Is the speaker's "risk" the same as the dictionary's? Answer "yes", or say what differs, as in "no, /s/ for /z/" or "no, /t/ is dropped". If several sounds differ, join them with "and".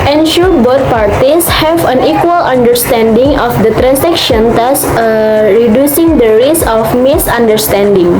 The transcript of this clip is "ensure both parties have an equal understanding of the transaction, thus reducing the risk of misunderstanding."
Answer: no, /k/ is dropped